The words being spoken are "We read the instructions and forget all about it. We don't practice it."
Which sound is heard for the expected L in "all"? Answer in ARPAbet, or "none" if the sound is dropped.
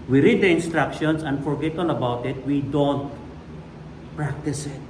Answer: N